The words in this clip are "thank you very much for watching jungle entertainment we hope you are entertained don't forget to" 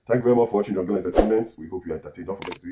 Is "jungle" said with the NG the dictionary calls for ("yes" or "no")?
no